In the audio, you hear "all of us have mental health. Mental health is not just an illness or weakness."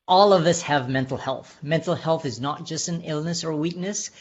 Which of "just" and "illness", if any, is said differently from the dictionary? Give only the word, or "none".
none